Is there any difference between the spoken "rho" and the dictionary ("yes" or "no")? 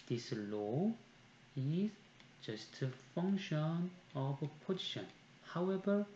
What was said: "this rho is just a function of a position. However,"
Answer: yes